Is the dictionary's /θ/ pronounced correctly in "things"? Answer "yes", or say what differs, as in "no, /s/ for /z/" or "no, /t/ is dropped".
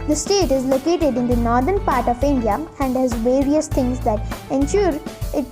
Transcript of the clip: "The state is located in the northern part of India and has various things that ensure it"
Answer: no, /t/ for /θ/